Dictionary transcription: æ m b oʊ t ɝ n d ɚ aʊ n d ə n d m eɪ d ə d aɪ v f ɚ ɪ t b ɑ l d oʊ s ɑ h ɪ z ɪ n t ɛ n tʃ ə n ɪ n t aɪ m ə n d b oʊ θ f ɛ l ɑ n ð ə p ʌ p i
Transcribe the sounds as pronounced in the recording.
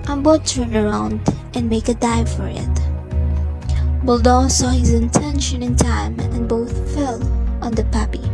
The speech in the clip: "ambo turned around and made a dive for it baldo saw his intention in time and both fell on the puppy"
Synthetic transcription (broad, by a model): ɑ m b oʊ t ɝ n ɚ aʊ n d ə n m eɪ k ə d aɪ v f ɚ ɪ t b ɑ l d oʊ s ɑ h ɪ z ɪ n t ɛ n ʃ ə n ɪ n t aɪ m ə n b oʊ θ f ɛ l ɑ n ð ə p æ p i